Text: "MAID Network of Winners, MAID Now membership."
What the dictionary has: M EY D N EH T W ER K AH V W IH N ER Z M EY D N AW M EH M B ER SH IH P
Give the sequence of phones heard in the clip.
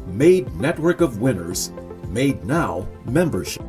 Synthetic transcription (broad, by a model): M EY D N EH T W ER K AH V W IH N ER Z M EY D N AW M EH M B ER SH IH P